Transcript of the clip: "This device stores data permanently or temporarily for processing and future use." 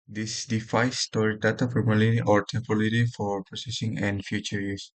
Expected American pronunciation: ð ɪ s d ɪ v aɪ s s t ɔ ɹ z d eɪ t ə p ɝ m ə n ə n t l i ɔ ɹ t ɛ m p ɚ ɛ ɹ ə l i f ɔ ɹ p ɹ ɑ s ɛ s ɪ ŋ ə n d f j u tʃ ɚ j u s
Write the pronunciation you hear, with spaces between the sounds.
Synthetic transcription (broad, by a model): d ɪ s d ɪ f aɪ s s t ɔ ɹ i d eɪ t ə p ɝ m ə l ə t i ɔ ɹ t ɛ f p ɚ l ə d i f ɔ ɹ p ɹ ɑ s ɛ s ɪ ŋ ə n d f j u tʃ ɚ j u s